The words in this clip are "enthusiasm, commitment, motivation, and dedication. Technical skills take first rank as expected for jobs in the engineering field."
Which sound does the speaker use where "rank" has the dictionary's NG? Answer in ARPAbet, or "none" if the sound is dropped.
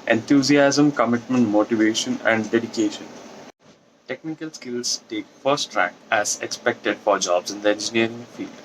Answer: none